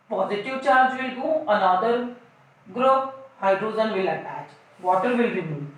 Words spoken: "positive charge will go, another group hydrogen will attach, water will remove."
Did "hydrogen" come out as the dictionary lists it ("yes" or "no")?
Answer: no